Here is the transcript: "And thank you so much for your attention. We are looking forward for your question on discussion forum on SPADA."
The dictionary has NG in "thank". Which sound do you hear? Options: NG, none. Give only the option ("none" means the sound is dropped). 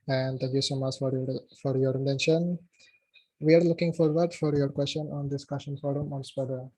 none